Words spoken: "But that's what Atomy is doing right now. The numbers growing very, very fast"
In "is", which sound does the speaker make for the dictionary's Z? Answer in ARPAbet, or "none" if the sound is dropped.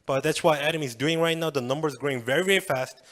Z